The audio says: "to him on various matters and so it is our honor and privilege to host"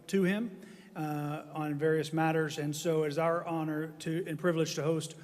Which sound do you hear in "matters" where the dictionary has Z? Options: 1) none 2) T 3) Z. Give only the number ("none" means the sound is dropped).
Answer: 3